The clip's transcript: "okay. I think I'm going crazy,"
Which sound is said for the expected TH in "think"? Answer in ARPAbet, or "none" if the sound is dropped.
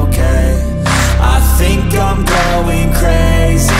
TH